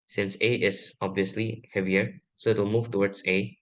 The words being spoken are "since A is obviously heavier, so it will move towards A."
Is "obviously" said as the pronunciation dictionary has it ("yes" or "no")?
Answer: yes